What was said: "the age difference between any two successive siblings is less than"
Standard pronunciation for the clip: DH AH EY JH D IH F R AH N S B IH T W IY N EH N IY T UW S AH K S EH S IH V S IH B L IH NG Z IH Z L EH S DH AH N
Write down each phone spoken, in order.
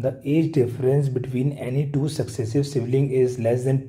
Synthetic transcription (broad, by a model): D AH EY JH D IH F R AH N S B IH T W IY N EH N IY T UW S AH K S EH S IH V S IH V L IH NG IH Z L EH S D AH N